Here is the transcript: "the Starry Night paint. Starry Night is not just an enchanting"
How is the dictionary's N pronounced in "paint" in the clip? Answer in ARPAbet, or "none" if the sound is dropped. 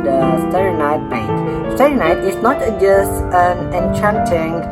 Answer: none